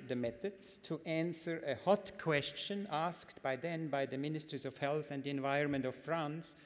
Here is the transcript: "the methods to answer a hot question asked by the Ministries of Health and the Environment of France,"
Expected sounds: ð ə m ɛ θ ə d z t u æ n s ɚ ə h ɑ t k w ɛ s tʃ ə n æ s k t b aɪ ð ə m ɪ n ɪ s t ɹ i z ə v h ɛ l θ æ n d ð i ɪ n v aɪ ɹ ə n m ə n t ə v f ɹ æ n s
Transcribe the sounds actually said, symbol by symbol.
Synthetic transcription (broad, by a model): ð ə m ɛ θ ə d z t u æ n s ɚ ə h ɑ t k w ɛ s tʃ ə n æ s k t b aɪ ð ə m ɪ n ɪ s t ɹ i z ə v h ɛ l θ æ n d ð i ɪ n v aɪ ɹ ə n m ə n t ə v f ɹ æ n s